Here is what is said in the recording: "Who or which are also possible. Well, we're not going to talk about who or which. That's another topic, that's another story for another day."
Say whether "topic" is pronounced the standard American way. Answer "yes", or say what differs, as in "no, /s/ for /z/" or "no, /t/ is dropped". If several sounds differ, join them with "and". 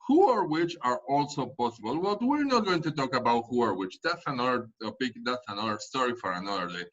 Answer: no, /b/ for /p/